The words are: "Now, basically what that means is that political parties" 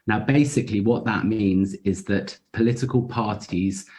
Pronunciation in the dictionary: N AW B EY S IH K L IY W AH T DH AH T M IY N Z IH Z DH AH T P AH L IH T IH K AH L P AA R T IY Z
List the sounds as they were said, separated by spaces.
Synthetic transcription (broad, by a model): N AW B EY S IH K L IY W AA T DH AH T M IY N Z IH Z DH AH T P AH L IH T IH K AH L P AA T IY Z